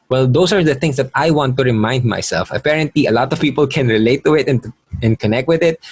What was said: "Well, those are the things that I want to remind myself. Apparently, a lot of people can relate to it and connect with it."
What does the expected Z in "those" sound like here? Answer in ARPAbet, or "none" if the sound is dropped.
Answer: S